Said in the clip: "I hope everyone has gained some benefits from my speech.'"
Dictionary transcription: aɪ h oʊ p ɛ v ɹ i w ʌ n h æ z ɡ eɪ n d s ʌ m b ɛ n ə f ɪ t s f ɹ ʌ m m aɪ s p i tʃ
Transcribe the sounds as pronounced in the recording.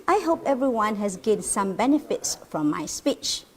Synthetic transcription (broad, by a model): aɪ h oʊ p ɛ v ɹ i w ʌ n h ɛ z ɡ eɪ d s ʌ m b ɛ n ə f ɪ t s f ɹ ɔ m m aɪ s p i tʃ